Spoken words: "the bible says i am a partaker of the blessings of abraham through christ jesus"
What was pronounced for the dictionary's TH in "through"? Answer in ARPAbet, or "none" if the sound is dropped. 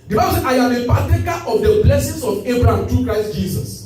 T